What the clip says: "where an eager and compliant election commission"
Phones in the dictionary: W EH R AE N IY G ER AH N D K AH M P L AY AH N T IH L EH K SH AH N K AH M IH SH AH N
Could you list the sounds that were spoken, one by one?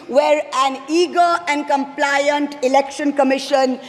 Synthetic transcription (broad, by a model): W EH R AE N IY G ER AH N D K AH M P L AY AH N T IH L EH K SH AH N K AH M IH SH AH N